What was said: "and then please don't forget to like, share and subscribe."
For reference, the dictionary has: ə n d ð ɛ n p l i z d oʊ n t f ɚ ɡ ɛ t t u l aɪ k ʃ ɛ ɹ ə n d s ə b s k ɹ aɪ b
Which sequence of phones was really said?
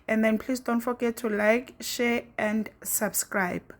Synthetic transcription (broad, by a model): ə n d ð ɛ n p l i s d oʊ n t f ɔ ɡ ɛ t t u l aɪ k ʃ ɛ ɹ ə n d s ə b s k ɹ aɪ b